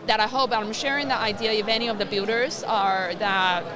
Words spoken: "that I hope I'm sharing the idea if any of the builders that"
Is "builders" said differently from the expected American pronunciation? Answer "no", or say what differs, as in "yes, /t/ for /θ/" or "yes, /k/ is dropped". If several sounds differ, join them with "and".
yes, /l/ is dropped